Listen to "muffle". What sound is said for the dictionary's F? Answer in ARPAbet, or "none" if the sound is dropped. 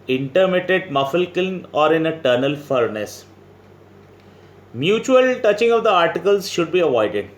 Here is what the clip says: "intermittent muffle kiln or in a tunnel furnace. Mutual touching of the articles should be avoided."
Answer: F